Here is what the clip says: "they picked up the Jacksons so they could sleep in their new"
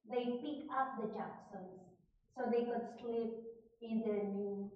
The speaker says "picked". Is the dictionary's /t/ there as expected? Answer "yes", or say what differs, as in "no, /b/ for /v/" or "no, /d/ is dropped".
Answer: no, /t/ is dropped